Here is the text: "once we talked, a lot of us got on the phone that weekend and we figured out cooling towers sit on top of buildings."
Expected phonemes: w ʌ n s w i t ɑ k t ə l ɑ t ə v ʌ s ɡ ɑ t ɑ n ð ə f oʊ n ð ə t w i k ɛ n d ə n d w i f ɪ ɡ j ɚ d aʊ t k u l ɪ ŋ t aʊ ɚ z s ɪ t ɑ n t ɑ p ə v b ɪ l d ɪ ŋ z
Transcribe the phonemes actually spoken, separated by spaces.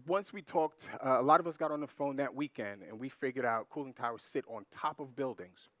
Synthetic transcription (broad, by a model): w ʌ n s w i t ɑ k t ə l ɑ t ə v ʌ s ɡ ɑ t n ð ə f oʊ n ð ə t w i k ɛ n d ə n w i f ɪ ɡ j ɚ d aʊ t k u l ɪ ŋ t aʊ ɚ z s ɪ t n t ɑ p ə v b ɪ l d ɪ ŋ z